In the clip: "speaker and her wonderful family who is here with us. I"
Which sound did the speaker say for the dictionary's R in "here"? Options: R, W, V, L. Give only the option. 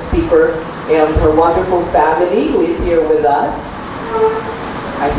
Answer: R